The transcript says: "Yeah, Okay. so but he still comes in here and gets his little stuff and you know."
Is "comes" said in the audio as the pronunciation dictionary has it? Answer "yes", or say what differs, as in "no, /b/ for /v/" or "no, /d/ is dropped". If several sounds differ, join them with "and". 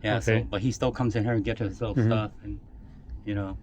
yes